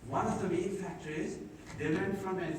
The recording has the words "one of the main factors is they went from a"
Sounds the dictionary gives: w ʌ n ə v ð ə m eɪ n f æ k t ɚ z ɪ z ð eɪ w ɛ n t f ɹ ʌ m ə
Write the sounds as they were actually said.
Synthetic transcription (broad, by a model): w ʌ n ə v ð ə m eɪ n f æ k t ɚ ɪ z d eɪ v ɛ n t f ɹ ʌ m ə